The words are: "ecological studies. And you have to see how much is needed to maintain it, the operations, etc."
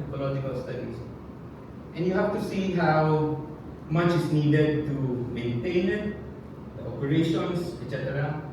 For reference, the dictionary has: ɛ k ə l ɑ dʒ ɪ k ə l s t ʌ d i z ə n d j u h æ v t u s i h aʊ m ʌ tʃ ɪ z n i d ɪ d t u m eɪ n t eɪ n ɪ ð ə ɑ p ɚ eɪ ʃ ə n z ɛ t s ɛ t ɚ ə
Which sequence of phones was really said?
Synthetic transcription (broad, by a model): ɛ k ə l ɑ dʒ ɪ k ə l s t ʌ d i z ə n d j u h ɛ f t u s i h aʊ m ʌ tʃ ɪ s n i d ɪ d t u m eɪ n t eɪ n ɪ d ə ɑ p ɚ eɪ ʃ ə n s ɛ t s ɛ t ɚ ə